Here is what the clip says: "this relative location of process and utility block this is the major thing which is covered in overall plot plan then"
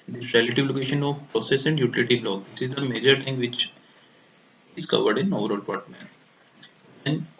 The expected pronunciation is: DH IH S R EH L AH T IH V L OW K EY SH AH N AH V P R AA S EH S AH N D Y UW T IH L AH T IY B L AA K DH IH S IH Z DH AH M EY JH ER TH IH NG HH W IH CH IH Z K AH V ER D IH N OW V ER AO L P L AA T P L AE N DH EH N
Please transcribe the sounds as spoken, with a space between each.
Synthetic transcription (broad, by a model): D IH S R EH L AH T IH V L OW K EY SH AH N AH V P R AA S EH S AH N D Y UW T IH L AH T IY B L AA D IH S IH Z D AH M EY JH ER T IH NG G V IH CH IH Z K AH V ER D IH N OW V ER AO L P AA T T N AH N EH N